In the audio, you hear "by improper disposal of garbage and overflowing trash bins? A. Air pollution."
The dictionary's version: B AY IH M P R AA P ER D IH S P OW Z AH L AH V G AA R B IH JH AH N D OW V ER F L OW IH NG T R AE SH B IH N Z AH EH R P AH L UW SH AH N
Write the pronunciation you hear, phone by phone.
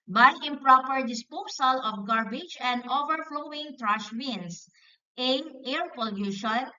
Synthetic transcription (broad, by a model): B AY IH M P R AA P ER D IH S P OW S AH L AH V G AA R B IH JH AH N D OW V ER F L OW IH NG T R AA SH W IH N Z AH EH R P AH L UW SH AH N